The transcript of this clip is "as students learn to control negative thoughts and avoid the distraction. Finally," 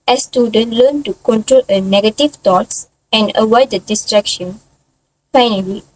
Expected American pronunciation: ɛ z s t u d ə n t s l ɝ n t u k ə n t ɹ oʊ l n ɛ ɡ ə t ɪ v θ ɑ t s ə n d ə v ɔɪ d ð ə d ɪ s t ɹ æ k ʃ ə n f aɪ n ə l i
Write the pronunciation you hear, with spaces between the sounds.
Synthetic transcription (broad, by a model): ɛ s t u d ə n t l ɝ n t u k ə n t ɹ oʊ l n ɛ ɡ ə t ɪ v t ɑ t s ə n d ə w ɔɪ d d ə d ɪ s t ɹ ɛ k ʃ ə n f aɪ n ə l i